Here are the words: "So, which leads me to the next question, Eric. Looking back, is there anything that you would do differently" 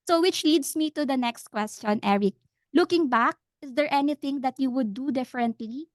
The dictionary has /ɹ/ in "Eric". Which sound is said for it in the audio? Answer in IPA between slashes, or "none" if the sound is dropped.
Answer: /ɹ/